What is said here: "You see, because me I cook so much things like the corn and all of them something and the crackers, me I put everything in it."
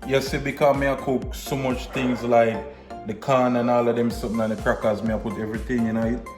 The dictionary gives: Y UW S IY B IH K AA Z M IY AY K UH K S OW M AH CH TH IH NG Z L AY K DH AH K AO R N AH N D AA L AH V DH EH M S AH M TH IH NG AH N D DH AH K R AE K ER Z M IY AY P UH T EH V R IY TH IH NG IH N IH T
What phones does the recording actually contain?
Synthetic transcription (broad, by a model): Y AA S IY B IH K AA M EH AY K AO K S OW M AH CH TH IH NG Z L AY K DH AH K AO N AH N AA L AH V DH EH M S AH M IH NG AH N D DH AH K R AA K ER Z M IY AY P UH T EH V R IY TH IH NG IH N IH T